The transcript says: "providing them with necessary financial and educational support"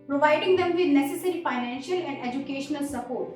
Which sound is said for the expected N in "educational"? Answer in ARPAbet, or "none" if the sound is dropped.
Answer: N